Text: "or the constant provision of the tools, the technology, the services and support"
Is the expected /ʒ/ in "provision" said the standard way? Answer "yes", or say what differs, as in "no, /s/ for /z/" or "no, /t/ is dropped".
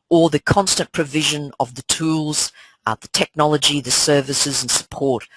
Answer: yes